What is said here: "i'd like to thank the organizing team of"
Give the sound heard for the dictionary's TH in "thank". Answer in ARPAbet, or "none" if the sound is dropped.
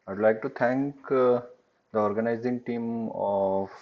T